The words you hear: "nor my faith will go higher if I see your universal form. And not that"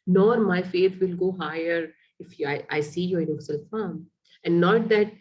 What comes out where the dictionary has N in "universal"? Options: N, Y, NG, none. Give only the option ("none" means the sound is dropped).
none